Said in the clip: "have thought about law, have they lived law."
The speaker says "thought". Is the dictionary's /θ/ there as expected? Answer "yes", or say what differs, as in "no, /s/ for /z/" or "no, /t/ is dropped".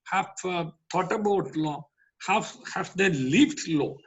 no, /t/ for /θ/